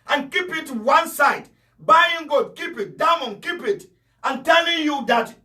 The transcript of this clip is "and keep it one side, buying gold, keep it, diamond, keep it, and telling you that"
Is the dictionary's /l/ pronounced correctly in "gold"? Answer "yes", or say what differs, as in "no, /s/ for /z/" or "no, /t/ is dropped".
no, /l/ is dropped